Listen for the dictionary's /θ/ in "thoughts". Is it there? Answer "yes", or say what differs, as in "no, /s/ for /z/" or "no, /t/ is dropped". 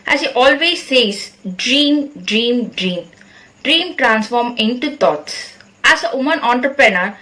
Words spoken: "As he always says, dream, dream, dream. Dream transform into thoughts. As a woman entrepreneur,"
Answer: no, /t/ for /θ/